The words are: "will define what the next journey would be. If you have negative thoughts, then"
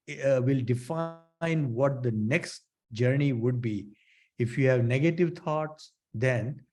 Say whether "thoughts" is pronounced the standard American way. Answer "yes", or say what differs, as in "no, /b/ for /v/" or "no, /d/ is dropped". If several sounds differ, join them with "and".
no, /t/ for /θ/